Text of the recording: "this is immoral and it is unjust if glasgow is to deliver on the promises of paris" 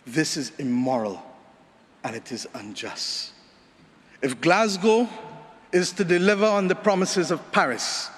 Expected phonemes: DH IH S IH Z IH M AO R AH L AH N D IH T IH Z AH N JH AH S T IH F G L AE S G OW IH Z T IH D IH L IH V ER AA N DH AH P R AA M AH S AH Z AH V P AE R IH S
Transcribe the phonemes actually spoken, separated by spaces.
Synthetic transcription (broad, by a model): DH IH S IH Z IH M AO R AH L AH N IH T IH Z AH N JH AH S T IH F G L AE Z G OW IH Z T IH D IH L IH V ER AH N DH AH P R AA M AH S AH Z AH V P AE R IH S